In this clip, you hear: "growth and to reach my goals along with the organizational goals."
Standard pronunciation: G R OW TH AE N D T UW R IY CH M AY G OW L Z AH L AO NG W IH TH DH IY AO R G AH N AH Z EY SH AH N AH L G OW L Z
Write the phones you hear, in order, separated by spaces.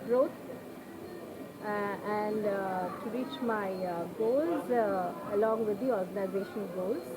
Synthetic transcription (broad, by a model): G R OW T AE N D T UW R IY CH M AY G OW L Z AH L AO NG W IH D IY AO R G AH N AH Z EY SH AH N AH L G OW L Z